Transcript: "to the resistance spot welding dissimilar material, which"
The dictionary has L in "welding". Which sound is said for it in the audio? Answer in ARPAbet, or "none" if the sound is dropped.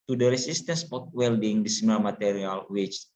L